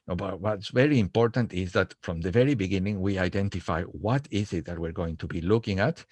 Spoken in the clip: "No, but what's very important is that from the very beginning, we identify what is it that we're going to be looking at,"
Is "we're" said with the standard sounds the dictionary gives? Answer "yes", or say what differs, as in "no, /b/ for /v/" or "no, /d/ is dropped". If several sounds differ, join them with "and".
yes